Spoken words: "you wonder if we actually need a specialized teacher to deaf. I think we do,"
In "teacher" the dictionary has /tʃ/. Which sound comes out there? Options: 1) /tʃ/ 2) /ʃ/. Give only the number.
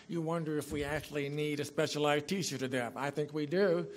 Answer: 2